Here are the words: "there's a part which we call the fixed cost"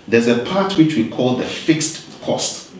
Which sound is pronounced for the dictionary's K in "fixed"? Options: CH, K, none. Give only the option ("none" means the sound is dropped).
K